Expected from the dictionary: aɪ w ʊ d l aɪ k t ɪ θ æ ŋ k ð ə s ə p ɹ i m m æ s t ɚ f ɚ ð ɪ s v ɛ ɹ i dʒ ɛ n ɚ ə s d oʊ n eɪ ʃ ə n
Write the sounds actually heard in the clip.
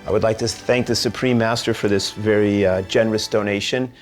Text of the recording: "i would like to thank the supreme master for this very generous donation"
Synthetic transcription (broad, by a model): aɪ w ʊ d l aɪ k t ɪ θ æ ŋ k ð ə s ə p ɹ i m m æ s t ɚ f ɚ ð ɪ s v ɛ ɹ i dʒ ɛ n ɚ ə s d oʊ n eɪ ʃ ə n